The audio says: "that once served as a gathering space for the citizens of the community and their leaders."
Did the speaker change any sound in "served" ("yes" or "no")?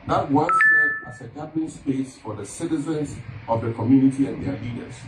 yes